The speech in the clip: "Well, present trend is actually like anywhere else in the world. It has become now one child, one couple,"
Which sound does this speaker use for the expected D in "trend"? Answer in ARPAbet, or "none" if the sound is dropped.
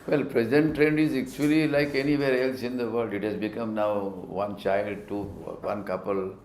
D